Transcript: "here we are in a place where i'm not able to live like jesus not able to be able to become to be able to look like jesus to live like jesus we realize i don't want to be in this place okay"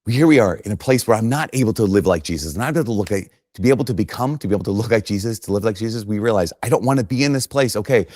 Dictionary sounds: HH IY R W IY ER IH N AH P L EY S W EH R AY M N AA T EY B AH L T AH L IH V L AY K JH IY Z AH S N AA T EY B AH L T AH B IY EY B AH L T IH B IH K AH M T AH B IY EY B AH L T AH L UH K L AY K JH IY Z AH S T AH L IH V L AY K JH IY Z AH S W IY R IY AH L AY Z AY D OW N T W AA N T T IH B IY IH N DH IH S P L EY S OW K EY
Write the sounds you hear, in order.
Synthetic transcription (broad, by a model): HH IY R W IY ER IH N AH P L EY S W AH R AY M N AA T EY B L T AH L IH V L AY K ZH IY Z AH S N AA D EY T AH L T AH B IY EY B L T IH B IH K AH M T AH B IY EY AH L T AH L UH K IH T JH IY Z AH S T AH L IH V L AY K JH IY Z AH S W IY R IY AH L AY Z AY D OW N T W AA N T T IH B IY IH N DH IH S P L EY S OW K EY